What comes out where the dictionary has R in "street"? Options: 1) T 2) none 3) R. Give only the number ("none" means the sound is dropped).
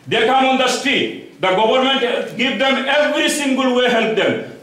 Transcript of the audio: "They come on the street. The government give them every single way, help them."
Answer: 2